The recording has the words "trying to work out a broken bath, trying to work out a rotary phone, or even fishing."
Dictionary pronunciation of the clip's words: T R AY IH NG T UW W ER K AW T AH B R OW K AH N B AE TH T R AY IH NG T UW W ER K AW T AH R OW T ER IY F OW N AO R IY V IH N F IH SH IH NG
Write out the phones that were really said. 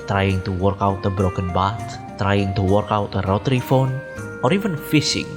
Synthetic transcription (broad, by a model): T R AY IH NG T UW W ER K AW T AH B R OW K AH N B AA T T R AY IH NG T UW W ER K AW T AH R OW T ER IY F OW N AO R IY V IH N F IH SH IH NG